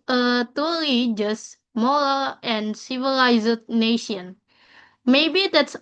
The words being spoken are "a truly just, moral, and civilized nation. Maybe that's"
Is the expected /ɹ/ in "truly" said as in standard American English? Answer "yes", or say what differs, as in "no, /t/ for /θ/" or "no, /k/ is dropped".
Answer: no, /ɹ/ is dropped